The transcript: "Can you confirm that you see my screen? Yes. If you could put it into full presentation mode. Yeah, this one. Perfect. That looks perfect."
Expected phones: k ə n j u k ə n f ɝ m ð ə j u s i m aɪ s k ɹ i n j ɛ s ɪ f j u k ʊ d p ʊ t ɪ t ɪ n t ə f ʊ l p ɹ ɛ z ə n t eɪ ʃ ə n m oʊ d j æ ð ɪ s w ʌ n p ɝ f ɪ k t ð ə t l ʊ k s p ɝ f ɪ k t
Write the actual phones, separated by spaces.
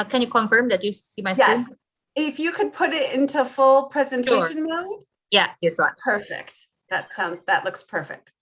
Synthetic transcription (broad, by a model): k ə n j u k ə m f ɝ m ð ə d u s i m aɪ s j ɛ ɪ f j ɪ k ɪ d p ʊ t ɪ t ɪ n t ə f ʊ l p ɹ ɛ z ə n t eɪ ʃ ə n m oʊ d j æ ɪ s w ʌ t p ɝ f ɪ k t ð ə t l ʊ k s p ɝ f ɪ k t